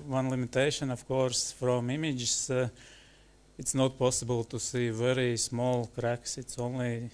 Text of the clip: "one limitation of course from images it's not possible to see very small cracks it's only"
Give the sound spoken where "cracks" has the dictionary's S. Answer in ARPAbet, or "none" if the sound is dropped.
S